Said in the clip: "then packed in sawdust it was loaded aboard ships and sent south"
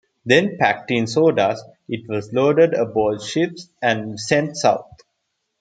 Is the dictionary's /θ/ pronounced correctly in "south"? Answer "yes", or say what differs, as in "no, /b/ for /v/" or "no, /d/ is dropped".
no, /t/ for /θ/